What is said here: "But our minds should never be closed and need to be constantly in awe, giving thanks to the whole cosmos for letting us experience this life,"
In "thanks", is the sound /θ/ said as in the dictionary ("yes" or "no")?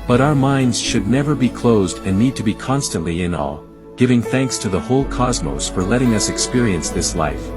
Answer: yes